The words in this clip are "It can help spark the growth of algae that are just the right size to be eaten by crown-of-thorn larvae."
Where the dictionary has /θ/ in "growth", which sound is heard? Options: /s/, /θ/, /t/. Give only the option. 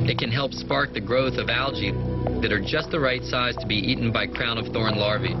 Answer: /θ/